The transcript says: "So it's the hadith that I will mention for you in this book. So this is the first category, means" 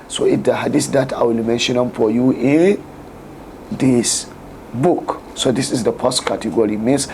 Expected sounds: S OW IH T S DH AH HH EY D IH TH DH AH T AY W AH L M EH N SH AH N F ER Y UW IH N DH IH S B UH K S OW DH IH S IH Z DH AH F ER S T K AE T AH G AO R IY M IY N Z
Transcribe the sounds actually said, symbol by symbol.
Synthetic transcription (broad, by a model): S OW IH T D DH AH HH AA D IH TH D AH T AY W AH L M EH N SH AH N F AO Y UW IH N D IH S B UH K S OW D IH S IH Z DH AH P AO S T K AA T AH G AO R IY M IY N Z